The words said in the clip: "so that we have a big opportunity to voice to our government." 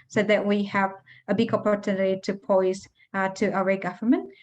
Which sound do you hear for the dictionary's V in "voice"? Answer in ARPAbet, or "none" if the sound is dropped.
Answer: P